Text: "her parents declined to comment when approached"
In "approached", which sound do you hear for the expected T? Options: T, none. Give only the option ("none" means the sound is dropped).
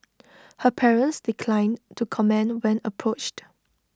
T